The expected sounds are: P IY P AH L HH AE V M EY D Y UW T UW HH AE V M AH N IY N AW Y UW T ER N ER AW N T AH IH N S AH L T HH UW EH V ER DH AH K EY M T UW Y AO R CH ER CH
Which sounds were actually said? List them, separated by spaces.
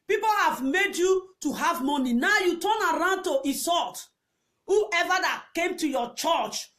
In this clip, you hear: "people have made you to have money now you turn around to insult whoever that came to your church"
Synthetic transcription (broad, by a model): P IY P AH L HH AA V M EY D Y UW T UW HH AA V M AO N IY N AW Y UW T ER N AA AW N T AH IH S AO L T HH UW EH V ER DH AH K EY M T UW Y AO CH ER CH